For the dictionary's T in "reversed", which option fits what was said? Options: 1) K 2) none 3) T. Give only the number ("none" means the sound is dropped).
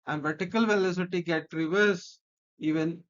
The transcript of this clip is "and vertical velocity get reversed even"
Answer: 2